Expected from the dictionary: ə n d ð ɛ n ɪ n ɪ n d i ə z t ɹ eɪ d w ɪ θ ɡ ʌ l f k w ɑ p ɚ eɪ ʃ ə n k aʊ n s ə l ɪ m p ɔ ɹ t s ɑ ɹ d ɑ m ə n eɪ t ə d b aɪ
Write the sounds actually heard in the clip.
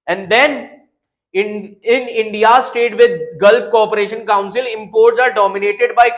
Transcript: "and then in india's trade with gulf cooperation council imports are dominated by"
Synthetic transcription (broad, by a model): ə n d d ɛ n ɪ n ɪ n d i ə s t eɪ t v ɪ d ɡ ʌ l f k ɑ p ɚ eɪ ʃ ə n k aʊ n s ə l ɪ m p ɔ ɹ t s ɑ ɹ d ɑ m ə n eɪ t ə d b aɪ